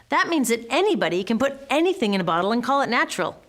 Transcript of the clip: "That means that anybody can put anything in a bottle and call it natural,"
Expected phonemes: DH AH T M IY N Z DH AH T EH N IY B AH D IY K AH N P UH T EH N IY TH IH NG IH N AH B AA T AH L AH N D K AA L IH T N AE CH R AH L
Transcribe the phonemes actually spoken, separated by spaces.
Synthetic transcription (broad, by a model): DH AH T M IY N Z DH AH T EH N IY B AH D IY K AH N P UH T EH N IY TH IH NG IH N AH B AA T L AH N K AA L IH T N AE CH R L